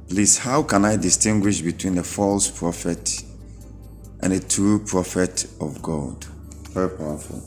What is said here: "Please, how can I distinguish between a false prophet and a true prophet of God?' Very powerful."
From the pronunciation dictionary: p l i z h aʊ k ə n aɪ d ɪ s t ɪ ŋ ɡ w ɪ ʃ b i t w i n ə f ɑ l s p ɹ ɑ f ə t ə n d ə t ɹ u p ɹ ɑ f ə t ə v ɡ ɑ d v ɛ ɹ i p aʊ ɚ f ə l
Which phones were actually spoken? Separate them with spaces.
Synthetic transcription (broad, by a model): p l i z h aʊ k ə n aɪ d ɪ s t ɪ ŋ ɡ w ɪ ʃ b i t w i n ə f ɑ l s p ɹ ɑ f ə t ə n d ə t ɹ u p ɹ ɑ f ə t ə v ɡ ɑ d v ɛ ɹ i p aʊ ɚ f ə l